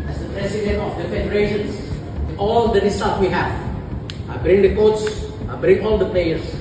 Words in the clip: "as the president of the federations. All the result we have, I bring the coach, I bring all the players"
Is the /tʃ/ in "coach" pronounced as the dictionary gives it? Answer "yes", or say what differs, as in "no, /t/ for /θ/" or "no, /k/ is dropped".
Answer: no, /s/ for /tʃ/